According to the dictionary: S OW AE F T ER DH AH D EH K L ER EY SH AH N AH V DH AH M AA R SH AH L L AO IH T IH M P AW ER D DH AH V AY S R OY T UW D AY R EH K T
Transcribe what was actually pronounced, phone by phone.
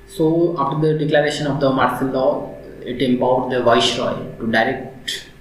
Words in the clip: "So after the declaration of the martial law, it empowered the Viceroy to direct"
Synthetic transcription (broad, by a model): S OW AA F T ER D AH D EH K L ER EY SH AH N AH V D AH M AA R S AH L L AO IH T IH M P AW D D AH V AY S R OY T UW D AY R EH K T